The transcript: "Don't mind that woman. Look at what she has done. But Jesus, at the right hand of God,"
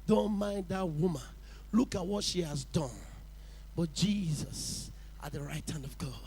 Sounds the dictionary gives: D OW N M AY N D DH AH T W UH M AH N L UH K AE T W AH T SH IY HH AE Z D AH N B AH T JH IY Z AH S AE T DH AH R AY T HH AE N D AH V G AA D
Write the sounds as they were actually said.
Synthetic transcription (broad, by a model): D OW N M AY N D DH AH T W UH M AH N L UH K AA T W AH T SH IY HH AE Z D AH N B AH T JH IY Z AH S T DH AH R AY T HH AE N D AH V G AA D